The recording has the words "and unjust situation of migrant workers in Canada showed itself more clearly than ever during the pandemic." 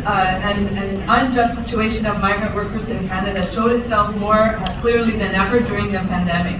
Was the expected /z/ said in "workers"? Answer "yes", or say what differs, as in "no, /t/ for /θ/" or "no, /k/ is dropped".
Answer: yes